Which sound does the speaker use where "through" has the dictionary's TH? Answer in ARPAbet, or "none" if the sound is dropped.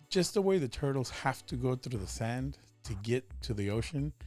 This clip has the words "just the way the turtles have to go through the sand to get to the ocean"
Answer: TH